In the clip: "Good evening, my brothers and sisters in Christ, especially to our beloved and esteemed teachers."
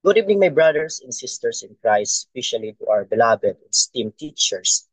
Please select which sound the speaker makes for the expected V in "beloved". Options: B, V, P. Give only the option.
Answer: B